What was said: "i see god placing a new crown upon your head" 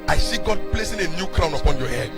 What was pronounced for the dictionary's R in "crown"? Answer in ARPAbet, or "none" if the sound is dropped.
R